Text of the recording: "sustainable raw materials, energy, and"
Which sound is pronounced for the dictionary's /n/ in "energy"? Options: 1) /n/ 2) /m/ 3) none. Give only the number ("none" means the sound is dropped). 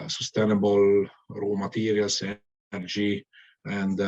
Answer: 3